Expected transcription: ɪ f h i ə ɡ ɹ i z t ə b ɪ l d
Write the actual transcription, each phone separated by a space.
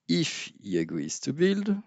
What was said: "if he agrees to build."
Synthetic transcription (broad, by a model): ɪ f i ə ɡ w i s t ə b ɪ l d